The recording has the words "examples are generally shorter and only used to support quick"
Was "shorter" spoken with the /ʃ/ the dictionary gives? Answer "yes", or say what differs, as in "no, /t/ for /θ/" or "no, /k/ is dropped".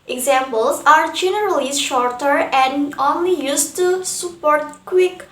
yes